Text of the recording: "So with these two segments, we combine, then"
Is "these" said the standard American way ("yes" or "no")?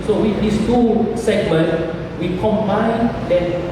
no